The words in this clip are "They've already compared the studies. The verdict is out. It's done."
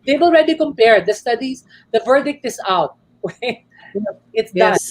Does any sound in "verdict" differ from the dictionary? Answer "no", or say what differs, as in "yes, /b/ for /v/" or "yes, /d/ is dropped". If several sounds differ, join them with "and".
no